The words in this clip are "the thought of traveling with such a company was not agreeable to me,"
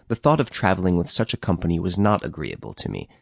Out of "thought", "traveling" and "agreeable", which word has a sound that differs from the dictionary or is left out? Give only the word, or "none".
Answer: none